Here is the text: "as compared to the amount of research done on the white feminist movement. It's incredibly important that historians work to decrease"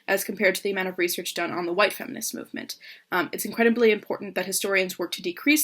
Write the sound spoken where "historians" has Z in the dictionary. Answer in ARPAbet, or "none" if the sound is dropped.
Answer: Z